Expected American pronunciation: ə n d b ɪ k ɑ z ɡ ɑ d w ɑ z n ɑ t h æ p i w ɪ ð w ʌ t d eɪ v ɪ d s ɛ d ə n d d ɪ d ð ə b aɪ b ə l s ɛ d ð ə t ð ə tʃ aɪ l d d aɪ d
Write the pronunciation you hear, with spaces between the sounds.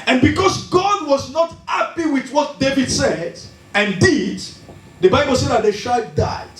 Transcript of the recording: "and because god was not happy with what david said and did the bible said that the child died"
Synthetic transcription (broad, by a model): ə n b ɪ k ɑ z ɡ ɑ d w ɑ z n ɑ t h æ p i w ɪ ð w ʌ t d eɪ v ɪ d s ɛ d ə n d d ɪ d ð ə b aɪ b ə l s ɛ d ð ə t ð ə ʃ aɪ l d d aɪ